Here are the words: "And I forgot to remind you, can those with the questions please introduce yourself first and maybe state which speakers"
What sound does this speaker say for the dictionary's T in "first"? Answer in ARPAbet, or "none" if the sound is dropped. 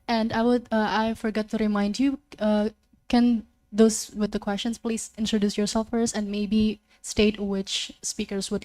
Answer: none